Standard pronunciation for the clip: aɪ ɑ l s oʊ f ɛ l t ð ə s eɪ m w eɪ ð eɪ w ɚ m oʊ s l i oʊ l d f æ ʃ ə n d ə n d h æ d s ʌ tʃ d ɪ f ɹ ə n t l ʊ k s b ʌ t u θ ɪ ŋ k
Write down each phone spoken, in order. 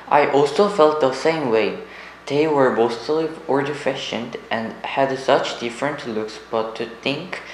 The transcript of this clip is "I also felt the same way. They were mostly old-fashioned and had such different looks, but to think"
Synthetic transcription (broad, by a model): aɪ ɑ l s oʊ f ɛ l t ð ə s eɪ m w eɪ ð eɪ w ɚ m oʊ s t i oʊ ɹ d f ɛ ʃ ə n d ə n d h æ d s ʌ tʃ d ɪ f ɹ ə n t l ʊ k s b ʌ t u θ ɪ ŋ k